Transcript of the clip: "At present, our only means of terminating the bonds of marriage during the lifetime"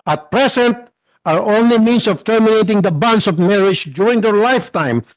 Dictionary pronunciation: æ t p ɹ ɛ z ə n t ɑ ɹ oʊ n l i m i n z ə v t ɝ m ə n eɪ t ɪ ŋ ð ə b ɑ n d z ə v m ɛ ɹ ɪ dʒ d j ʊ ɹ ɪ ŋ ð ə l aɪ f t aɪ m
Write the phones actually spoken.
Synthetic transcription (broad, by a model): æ t p ɹ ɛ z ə n t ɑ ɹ oʊ n l i m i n s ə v t ɝ m ə n eɪ t ɪ ŋ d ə b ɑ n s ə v m ɛ ɹ ɪ dʒ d j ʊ ɹ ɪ ŋ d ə l aɪ f t aɪ m